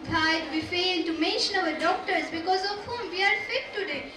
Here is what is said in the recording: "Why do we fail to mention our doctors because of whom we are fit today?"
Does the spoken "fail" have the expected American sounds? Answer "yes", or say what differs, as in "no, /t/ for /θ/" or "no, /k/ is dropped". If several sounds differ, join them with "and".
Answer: no, /n/ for /l/